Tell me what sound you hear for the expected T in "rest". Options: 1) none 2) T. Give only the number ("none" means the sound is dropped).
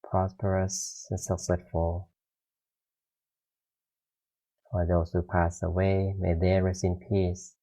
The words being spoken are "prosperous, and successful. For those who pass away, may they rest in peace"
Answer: 1